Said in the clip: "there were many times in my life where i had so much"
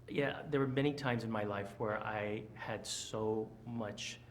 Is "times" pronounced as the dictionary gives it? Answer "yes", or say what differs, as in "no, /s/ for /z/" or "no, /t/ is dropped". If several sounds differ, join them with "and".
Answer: yes